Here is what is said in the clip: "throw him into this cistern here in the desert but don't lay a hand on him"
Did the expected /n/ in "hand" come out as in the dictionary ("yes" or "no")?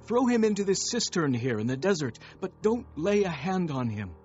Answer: yes